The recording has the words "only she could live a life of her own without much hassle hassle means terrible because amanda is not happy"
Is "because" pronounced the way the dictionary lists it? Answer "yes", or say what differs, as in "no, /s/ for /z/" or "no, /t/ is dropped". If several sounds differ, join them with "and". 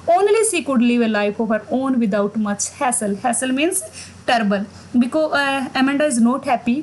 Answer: no, /z/ is dropped